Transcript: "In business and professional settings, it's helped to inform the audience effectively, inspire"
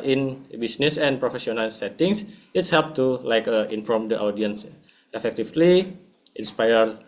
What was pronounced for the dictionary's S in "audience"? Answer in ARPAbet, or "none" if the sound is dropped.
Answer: S